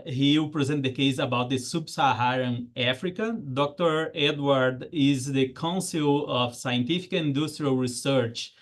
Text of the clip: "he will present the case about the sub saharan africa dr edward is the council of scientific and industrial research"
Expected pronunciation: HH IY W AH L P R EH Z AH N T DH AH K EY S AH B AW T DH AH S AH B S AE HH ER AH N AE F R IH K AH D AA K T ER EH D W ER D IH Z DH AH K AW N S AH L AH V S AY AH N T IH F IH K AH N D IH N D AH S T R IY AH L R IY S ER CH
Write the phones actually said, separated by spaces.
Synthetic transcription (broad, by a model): HH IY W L P R EH Z AH N T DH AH K EY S AH B AW T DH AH S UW B S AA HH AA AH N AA F R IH K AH D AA K T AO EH D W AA D IH Z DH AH K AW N S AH L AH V S AY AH N T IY F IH K AH N D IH S T R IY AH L R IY S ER CH